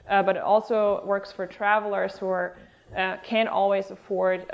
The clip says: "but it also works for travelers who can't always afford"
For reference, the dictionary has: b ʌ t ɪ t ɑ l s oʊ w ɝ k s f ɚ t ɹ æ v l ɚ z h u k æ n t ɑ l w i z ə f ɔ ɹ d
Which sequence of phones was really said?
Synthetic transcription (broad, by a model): b ʌ t ɪ t ɑ l s oʊ w ɝ k s f ɚ t ɹ æ v l ɚ z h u k æ n t ɑ l w i z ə f ɔ ɹ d